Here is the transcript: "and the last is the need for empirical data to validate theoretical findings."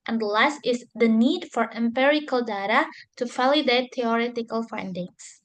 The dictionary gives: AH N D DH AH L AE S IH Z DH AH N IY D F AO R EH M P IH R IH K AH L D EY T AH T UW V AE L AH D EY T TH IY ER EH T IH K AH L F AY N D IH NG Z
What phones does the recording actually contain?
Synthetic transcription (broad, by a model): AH N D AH L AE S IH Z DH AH N IY D F AO R EH M P IH R IH K AH L D EY T AH T UW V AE L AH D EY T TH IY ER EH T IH K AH L F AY N D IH NG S